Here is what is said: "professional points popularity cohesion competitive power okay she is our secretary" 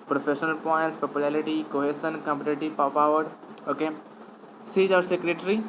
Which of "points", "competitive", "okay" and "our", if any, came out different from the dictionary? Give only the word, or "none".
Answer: competitive